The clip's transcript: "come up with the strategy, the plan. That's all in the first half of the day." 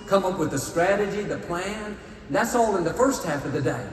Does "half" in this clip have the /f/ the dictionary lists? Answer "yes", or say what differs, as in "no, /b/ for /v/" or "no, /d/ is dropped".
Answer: yes